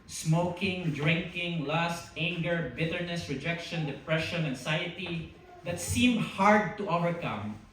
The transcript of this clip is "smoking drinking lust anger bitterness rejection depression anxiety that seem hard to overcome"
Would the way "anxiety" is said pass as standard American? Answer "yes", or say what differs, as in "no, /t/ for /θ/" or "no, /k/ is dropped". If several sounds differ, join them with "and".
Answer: no, /s/ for /z/